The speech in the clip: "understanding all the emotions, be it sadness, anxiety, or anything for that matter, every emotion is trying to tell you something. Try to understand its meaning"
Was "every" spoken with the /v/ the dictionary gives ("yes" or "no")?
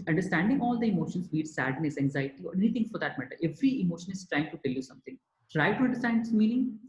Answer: yes